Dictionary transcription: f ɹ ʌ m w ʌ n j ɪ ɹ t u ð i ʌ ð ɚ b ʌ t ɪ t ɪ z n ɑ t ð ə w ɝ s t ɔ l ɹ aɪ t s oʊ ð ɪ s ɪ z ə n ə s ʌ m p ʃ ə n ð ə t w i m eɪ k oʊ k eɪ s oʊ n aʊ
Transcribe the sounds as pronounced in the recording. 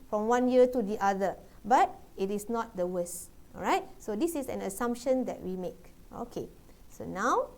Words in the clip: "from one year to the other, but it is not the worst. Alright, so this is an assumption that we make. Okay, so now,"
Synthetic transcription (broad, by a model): f ɹ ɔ m w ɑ n j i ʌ t u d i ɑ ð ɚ b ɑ t ɪ t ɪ s n ɑ t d ə w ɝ s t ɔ ɹ aɪ t s oʊ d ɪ s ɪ s ə n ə s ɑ m p ʃ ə n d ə t w i m eɪ k oʊ k eɪ s oʊ n aʊ